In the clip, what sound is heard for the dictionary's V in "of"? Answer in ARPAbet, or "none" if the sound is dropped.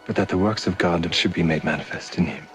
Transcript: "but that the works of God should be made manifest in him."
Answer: V